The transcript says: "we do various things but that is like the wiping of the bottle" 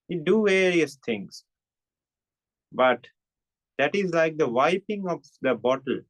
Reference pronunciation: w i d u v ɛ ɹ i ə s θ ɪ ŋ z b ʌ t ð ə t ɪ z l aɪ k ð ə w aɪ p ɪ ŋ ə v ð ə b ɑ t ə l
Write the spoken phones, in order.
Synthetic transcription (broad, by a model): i d u v ɛ ɹ i ə s t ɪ ŋ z b ʌ t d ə t ɪ z l aɪ k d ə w aɪ p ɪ ŋ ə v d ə b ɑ t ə l